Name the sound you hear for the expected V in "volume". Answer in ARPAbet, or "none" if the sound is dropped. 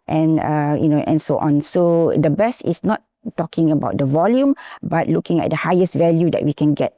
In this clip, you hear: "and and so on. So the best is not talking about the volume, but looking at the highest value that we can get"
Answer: V